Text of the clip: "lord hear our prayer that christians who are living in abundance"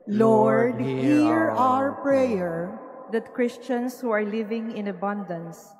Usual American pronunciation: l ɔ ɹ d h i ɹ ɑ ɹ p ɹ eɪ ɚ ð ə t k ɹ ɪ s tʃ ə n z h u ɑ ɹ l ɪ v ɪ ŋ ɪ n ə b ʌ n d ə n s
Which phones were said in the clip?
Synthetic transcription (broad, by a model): l ɔ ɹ d h i ɹ ɑ ɹ p ɹ eɪ ɚ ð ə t k ɹ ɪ s tʃ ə n s h u ɑ ɹ l ɪ v ɪ ŋ ɪ n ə b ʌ n d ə n s